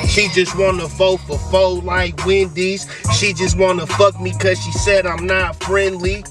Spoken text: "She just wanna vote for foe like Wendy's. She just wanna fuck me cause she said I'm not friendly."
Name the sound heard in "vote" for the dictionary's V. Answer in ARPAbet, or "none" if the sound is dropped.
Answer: F